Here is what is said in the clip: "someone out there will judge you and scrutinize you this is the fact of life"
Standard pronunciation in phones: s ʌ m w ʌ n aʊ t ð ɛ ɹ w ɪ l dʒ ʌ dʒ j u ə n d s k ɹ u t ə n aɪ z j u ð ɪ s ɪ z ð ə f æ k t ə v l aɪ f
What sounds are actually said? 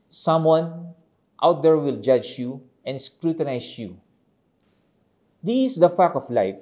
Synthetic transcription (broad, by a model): s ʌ m w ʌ n aʊ t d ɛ ɹ w ɪ l dʒ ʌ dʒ j u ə n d s k ɹ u t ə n aɪ s j u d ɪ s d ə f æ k ə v l aɪ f